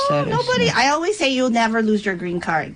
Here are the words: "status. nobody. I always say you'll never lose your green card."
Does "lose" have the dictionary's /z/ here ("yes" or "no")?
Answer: yes